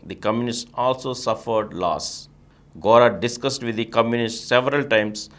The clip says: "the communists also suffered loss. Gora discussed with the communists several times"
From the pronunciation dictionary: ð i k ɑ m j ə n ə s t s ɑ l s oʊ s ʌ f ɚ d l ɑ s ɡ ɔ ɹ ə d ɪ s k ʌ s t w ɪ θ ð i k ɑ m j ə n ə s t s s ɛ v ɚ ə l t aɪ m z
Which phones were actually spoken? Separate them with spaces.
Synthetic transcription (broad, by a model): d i k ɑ m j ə n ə s t ɑ l s oʊ s ʌ f ɚ d l ɑ s ɡ ɔ ɹ ə d ɪ s k ʌ s t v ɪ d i k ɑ m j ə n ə s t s s ɛ v ɚ ə l t aɪ m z